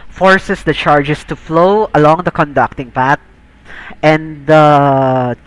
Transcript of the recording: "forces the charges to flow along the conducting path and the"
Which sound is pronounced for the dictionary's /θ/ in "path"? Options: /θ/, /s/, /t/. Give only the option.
/t/